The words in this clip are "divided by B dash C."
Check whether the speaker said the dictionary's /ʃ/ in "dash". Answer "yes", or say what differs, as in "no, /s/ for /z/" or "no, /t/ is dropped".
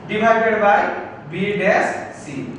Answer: no, /s/ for /ʃ/